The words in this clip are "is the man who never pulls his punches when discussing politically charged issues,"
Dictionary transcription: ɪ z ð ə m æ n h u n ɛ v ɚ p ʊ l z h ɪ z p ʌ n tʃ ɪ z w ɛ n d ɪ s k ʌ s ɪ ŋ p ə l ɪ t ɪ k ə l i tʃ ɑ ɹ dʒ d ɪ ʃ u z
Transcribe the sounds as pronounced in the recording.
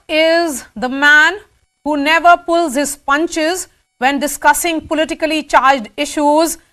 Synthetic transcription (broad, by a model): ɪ z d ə m æ n h u n ɛ v ɚ p ʊ l z h ɪ z p ʌ n tʃ ɪ z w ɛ n d ɪ s k ʌ s ɪ ŋ p ə l ɪ t ɪ k ə l i tʃ ɑ ɹ dʒ d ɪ ʃ u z